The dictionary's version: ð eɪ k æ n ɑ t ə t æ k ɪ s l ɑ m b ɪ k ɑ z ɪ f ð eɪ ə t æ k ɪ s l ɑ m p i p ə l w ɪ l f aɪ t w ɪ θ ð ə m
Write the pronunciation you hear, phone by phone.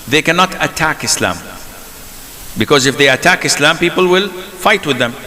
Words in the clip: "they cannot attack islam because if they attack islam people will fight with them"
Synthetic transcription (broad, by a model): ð eɪ k æ n ɑ t ə t æ k ɪ s l ɑ m b ɪ k ɑ z ɪ f ð eɪ ə t æ k ɪ s l ɑ m p i p ə l w ɪ l f aɪ t w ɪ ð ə m